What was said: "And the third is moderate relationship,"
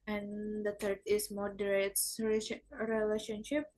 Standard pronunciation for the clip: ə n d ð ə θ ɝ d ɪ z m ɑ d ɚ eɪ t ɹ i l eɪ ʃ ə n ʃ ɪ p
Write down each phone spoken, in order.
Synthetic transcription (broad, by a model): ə n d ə t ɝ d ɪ s m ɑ d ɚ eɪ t ɹ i l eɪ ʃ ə n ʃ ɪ p